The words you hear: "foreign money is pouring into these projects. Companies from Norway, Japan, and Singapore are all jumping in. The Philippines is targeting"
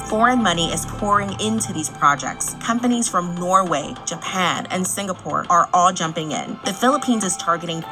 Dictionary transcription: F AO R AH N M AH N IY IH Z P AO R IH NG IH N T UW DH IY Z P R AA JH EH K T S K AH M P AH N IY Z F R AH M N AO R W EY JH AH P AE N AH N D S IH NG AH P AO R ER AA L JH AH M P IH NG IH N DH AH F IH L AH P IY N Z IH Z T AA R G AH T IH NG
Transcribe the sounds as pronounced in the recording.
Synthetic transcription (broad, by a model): F AO R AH N M AH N IY IH Z P AO R IH NG IH N T UW DH IY Z P R AA JH EH K T S K AH M P AH N IY Z F R AH M N AO R W EY JH AH P AE N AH N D S IH NG AH P AO R ER AA L JH AH M P IH NG IH N DH AH F IH L AH P IY N Z IH Z T AA R G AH T IH NG